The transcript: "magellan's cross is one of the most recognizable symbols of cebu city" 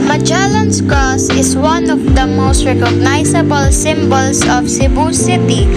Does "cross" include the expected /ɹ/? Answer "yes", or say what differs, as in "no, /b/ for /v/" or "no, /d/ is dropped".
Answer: no, /ɹ/ is dropped